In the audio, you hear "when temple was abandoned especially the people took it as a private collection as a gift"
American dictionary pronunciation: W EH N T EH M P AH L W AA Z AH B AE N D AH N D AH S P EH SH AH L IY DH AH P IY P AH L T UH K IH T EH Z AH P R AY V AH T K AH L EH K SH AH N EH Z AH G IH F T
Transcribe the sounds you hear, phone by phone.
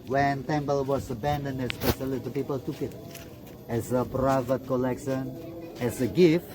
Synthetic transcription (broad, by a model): W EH N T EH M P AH L W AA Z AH B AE N D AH N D AH S P EH SH AH L IY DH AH P IY P AH L T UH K IH T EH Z AH P R AY V AH T K AH L EH K SH AH N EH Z AH G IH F T